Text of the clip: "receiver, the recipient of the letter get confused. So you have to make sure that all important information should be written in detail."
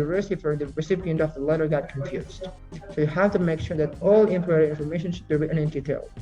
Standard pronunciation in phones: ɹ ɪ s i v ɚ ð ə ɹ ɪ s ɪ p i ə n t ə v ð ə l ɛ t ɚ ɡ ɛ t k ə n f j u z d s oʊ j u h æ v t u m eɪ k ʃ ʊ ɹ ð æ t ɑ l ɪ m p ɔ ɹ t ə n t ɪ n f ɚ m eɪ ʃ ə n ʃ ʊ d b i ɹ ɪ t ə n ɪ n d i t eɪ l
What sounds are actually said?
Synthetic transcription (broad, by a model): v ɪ s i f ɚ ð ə ɹ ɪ s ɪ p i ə n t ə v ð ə l ɛ t ɚ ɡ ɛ t k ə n f j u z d s oʊ j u h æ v t u m eɪ k ʃ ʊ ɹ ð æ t ɑ l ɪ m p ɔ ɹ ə t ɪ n f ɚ m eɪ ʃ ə n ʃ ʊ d b i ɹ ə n ɪ n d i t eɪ l